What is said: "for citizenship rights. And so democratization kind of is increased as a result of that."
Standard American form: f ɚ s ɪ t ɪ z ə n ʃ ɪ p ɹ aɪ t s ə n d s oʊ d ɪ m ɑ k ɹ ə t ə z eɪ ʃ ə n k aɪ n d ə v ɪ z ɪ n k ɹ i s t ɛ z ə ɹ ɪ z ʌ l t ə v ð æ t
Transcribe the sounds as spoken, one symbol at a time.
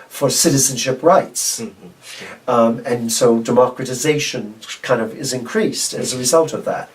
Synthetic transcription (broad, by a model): f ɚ s ɪ t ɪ z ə n ʃ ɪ p ɹ aɪ t s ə n s oʊ d ɪ m ɑ k ɹ ə t ə z eɪ ʃ ə n k aɪ n d ə v ɪ z ɪ n k ɹ i s t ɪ z ə ɹ ɪ z ʌ l t ə v ð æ t